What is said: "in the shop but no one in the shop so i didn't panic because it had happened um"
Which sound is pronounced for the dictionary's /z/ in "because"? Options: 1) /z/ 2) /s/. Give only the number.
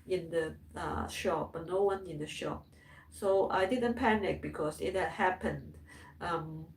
2